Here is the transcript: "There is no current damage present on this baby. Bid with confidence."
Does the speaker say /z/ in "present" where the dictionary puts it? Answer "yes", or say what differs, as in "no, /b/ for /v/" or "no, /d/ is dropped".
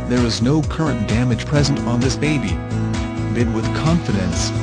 yes